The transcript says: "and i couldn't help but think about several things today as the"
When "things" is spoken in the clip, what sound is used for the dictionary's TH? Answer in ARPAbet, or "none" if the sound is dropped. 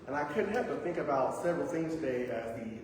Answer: S